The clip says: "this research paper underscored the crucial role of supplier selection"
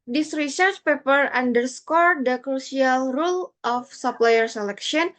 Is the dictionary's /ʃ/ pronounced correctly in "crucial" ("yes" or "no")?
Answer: no